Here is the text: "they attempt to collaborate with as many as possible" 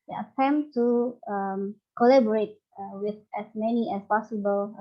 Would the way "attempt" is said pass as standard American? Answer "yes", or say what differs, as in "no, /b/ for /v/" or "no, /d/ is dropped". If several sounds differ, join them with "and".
no, /p/ is dropped